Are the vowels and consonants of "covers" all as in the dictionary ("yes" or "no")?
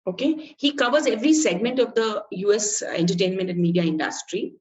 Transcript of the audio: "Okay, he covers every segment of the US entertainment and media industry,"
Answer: yes